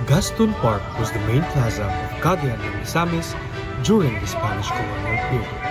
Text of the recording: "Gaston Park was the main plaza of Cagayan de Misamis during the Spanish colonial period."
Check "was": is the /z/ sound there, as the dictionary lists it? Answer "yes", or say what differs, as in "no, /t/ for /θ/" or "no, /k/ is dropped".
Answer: yes